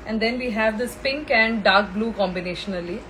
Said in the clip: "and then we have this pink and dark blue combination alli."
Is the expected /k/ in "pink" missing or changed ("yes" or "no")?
no